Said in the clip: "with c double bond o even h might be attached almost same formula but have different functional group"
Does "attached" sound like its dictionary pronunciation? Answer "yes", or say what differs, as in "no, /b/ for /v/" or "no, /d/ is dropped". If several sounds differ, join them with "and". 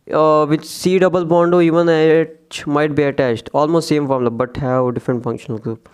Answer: yes